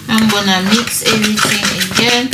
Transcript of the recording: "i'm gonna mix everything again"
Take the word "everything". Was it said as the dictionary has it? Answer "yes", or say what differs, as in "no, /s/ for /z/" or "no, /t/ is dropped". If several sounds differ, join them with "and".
no, /t/ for /θ/